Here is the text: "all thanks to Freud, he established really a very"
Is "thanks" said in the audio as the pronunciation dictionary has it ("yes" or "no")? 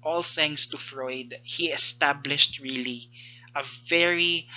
no